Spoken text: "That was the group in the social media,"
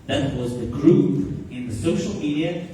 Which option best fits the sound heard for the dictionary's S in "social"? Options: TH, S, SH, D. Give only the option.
S